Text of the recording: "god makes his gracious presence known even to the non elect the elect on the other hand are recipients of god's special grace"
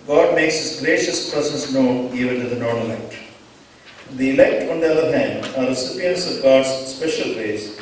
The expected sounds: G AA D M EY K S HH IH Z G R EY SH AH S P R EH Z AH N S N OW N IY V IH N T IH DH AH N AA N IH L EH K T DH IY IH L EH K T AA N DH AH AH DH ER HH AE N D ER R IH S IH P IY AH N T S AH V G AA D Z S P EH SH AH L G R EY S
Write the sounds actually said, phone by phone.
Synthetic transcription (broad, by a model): G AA D M EY K S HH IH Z G R EY SH AH S P R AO S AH S N OW N IY V IH N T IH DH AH N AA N IH L EH K T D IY IH L EH K T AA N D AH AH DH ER HH AE N D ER R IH S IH P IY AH N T S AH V G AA D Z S P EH SH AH L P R EY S